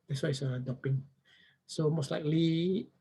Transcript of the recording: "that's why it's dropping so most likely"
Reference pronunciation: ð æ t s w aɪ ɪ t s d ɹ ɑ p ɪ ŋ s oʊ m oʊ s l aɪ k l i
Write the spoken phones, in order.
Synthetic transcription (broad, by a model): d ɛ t s w aɪ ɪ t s d ɑ p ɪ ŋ s oʊ m oʊ s l aɪ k l i